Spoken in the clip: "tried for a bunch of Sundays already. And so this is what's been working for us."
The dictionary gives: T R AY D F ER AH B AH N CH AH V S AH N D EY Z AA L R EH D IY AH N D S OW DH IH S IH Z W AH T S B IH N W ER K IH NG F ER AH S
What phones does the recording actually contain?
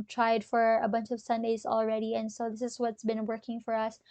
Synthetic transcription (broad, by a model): T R AY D F ER AH B AH N CH AH V S AH N D EY Z AA L R EH D IY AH N S OW DH IH S IH Z W AH T S B IH N W ER K IH NG F ER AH S